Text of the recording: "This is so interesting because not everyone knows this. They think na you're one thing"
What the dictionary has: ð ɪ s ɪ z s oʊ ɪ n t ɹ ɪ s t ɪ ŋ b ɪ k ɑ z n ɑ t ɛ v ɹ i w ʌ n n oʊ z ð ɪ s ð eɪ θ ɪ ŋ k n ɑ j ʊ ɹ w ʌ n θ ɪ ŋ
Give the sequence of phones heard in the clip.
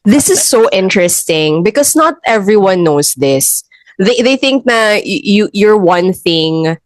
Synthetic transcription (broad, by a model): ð ɪ s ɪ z s oʊ ɪ n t ɹ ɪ s t ɪ ŋ b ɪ k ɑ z n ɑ t ɛ v ɹ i w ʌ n n oʊ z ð ɪ s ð eɪ θ ɪ ŋ k n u j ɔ ɹ w ʌ n θ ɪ ŋ